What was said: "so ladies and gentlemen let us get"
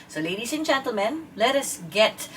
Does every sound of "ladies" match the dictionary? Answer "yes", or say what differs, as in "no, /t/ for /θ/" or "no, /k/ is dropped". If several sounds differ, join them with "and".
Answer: no, /s/ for /z/